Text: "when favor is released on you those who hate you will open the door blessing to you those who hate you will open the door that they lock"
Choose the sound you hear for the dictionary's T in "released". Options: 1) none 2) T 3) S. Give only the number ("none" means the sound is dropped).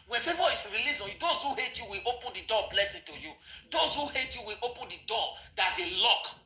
1